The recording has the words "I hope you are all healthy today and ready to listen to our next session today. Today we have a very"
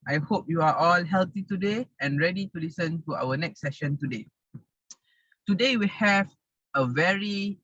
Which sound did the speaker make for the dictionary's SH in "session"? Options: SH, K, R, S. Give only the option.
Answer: SH